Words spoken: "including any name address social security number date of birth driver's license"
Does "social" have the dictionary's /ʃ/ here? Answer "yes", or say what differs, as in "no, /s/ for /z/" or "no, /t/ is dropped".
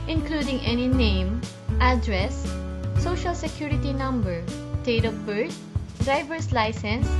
yes